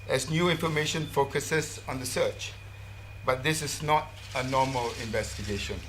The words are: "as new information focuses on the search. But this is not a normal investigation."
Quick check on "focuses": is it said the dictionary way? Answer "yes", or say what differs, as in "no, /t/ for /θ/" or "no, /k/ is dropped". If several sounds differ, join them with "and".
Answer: no, /s/ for /z/